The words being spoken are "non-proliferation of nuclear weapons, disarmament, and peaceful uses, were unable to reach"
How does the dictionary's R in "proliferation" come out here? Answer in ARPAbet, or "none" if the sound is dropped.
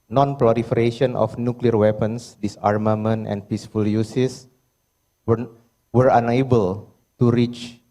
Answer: L